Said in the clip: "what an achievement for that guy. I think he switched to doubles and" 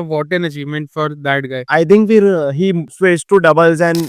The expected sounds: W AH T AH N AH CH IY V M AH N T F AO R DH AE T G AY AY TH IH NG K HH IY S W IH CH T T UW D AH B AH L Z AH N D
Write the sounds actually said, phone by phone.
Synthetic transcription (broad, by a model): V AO T AH N AH CH IY V M AH N T F AO R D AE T G AY AY T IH NG K HH IY S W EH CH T T UW D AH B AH L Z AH N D